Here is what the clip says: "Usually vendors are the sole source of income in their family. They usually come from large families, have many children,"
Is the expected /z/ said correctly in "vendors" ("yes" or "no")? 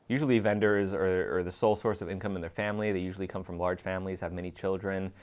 yes